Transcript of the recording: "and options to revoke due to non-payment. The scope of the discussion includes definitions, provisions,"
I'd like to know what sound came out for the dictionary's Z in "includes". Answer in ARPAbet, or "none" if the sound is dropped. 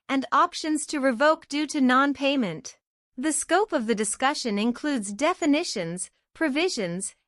Z